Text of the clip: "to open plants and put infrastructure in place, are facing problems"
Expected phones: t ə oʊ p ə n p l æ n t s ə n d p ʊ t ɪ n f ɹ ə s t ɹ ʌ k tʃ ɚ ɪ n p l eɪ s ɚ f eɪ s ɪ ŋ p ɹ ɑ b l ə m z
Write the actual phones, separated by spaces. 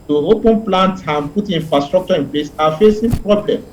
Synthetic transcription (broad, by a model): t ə oʊ p ə n p l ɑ n t ə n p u t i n f ɹ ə s t ɹ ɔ k tʃ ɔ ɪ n p l eɪ s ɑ f eɪ s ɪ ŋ p ɹ ɑ b l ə m